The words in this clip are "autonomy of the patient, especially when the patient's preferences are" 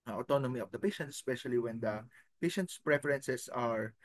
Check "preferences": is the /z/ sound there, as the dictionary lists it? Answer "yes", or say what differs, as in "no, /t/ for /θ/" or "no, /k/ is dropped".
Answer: no, /s/ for /z/